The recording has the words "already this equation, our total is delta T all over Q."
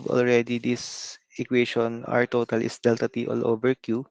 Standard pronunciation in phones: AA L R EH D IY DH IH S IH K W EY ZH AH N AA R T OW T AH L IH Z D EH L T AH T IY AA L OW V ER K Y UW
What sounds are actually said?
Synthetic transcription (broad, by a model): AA L R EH D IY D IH S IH K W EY SH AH N AA R T OW T AH L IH S D EH L T AH T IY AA L OW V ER K Y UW